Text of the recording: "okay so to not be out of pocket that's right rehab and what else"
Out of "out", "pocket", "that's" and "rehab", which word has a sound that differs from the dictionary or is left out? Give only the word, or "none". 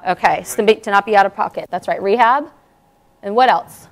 none